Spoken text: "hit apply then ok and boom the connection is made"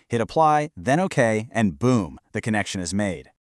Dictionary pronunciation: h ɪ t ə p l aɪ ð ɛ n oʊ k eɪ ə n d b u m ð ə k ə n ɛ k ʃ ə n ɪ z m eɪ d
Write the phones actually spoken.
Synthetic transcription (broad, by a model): h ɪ t ə p l aɪ ð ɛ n oʊ k eɪ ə n b u m ð ə k ə n ɛ k ʃ ə n ɪ z m eɪ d